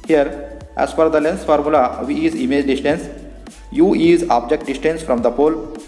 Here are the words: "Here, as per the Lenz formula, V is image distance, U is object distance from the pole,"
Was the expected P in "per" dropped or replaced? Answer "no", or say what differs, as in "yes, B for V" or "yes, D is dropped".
yes, F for P